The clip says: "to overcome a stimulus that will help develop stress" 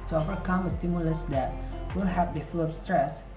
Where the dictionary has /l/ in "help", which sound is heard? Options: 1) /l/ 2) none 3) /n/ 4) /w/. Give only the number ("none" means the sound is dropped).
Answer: 2